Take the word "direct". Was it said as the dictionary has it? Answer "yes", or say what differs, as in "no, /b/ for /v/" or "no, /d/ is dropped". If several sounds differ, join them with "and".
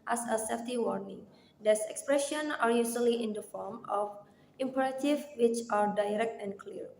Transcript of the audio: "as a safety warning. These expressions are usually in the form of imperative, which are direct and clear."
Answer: yes